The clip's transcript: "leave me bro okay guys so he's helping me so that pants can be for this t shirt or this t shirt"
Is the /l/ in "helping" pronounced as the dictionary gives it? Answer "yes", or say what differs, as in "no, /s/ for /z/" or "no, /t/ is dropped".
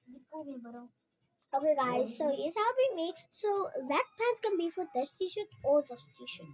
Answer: no, /l/ is dropped